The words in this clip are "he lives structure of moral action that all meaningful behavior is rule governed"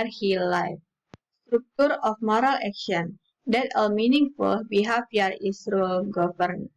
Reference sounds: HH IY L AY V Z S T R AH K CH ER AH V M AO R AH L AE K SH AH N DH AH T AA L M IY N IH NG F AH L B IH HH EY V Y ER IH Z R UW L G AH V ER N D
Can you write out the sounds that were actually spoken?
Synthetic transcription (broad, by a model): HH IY L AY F S T R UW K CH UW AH F M AO R AH L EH K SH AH N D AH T AA L M IY N IH NG F AH L B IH HH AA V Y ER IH S R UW L G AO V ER N